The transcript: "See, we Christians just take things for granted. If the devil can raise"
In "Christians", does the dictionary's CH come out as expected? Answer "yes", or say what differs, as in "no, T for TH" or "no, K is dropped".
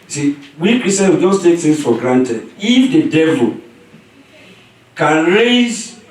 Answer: no, CH is dropped